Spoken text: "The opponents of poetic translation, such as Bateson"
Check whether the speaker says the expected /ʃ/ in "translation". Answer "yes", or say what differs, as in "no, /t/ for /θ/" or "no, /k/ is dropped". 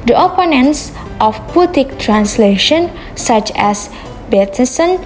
yes